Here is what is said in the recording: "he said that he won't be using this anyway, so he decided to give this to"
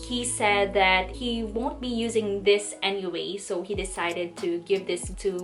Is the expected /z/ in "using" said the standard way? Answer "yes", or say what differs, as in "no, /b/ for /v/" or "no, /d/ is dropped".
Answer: yes